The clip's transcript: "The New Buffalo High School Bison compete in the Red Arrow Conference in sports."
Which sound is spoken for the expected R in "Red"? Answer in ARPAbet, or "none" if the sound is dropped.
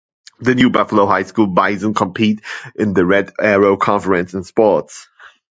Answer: R